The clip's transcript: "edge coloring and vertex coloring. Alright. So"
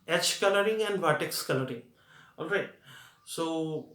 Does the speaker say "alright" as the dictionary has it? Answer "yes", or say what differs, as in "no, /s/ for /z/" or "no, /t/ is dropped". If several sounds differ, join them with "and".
yes